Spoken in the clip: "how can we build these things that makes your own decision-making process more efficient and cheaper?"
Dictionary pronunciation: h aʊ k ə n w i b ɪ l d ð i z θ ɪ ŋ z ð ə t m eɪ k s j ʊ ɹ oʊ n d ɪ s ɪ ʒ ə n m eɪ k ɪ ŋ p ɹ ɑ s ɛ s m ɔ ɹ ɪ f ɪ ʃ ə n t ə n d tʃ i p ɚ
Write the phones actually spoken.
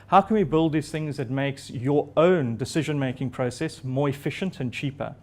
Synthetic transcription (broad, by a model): h aʊ k ə n w i b ɪ l d ð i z θ ɪ ŋ z ð ə t m eɪ k s j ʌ ɹ oʊ n d ɪ s ɪ ʒ ə n m eɪ k ɪ ŋ p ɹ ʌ s ɛ s m ɔ ɹ ɪ f ɪ ʃ ə n t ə n tʃ i p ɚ